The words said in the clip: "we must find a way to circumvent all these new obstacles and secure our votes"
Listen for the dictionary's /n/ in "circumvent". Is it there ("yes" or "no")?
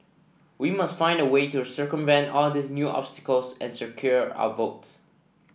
yes